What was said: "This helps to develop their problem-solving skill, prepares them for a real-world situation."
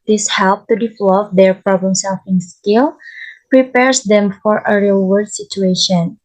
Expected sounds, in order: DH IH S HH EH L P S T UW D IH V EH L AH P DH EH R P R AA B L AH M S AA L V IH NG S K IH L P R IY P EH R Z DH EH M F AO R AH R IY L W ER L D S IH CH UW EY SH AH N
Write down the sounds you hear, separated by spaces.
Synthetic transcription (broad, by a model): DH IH S HH EH L P T UW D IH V L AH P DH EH R P R AA B L AH M S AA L F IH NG S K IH L P R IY P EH R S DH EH M F AO R AH R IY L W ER D S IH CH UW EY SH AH N